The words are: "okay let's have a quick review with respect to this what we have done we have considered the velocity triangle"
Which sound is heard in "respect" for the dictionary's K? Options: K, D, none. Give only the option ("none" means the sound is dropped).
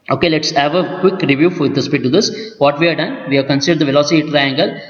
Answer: none